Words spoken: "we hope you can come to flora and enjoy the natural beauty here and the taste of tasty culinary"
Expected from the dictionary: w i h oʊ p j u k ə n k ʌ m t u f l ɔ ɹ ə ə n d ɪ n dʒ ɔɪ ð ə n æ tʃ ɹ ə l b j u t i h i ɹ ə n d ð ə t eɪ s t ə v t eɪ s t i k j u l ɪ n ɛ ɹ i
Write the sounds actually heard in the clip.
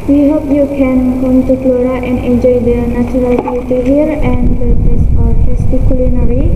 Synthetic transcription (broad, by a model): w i h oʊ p j u k ə n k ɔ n t u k l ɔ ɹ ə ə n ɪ dʒ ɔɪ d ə n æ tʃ ɹ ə l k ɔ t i h i ɹ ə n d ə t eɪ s ə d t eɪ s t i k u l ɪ n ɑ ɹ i